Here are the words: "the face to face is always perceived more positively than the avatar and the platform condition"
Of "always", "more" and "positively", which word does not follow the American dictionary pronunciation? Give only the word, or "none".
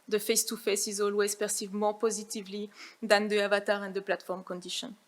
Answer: none